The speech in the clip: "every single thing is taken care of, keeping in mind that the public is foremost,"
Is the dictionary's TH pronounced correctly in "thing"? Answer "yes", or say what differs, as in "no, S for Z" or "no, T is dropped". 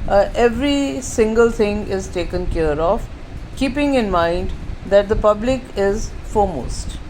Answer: no, T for TH